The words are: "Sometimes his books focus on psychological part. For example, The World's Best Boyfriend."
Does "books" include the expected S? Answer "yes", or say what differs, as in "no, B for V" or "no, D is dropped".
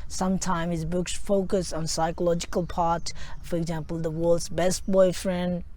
yes